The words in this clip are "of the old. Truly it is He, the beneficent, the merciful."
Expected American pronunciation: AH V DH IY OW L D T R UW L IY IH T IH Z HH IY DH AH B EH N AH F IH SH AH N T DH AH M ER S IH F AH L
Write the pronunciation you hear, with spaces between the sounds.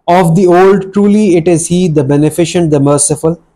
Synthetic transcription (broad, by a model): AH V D IY OW L D T R UW L IY IH T IH Z HH IY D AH B EH N AH F IH SH AH N T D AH M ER S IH F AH L